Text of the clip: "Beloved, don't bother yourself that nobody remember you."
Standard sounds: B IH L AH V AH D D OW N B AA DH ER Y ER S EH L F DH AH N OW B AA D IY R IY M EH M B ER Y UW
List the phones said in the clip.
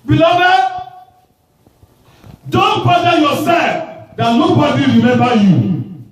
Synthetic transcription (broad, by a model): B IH L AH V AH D D OW N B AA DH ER Y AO S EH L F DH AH L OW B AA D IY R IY M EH M B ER Y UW